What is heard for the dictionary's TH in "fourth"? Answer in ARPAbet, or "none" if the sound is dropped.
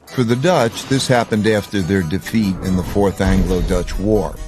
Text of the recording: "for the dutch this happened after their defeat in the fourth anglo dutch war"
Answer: TH